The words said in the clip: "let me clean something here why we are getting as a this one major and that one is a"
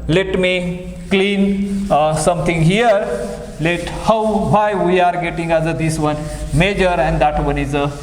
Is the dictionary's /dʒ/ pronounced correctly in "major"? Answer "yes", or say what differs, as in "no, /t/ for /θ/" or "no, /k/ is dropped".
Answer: yes